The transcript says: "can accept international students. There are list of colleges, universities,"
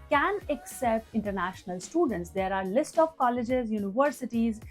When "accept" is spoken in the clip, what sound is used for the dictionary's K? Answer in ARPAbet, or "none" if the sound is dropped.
K